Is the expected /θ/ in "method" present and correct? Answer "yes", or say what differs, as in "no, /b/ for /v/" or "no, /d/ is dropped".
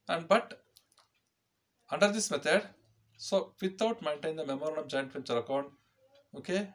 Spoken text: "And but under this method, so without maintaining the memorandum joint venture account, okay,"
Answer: no, /t/ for /θ/